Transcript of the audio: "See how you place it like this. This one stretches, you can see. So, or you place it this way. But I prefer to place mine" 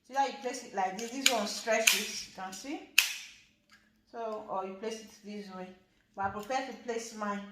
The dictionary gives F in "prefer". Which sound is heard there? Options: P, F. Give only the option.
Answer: P